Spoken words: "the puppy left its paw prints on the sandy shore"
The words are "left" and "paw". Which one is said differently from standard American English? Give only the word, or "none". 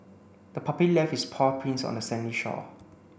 left